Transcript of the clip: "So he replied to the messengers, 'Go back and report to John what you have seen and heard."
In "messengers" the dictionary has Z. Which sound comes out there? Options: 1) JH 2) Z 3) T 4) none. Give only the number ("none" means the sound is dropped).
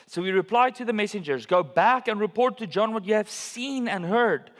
2